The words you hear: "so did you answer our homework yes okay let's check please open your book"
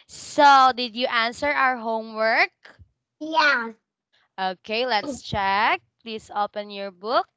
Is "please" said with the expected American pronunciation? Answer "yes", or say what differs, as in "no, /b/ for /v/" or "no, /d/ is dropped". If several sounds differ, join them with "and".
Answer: no, /s/ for /z/